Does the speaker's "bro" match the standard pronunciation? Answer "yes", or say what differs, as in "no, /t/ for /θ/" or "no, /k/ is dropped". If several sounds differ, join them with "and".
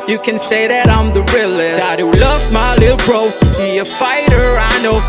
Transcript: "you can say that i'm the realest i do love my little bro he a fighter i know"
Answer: yes